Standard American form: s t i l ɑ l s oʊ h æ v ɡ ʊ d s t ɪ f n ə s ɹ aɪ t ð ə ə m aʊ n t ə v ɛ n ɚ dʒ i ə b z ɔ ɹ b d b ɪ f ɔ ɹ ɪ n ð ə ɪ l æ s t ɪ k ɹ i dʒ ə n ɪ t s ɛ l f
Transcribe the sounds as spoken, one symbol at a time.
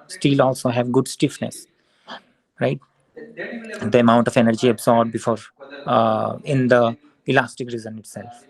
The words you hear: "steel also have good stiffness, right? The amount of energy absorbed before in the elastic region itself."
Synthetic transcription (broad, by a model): s t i l ɑ l s oʊ h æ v ɡ ʊ d s t ɪ f n ə s ɹ aɪ t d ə ə m aʊ n t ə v ɛ n ɚ dʒ i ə b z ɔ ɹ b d b ɪ f ɔ ɹ ɪ n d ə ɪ l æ s t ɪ k ɹ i z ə n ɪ t s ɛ l f